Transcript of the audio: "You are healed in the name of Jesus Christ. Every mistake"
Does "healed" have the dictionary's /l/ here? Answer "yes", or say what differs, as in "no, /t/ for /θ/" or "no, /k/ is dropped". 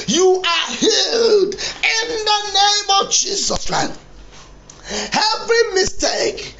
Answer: yes